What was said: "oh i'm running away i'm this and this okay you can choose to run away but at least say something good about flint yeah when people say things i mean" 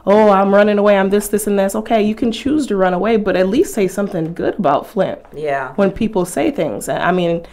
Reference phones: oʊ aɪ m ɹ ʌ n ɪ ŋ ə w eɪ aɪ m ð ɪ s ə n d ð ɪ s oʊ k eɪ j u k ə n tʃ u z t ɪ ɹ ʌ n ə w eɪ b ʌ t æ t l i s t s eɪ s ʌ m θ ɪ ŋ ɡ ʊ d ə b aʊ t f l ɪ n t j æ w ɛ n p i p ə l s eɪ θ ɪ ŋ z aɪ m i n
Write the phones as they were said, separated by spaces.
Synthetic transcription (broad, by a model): oʊ aɪ m ɹ ʌ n ɪ ŋ ə w eɪ aɪ m ð ɪ s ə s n ð ɪ s oʊ k eɪ j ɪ k ə n tʃ u z t ɪ ɹ ʌ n ə w eɪ b ʌ t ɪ t l i s t s eɪ s ʌ m θ ɪ ŋ ɡ ʊ d ə b aʊ t f l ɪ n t j æ w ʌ n p i p l s eɪ θ ɪ ŋ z aɪ m i n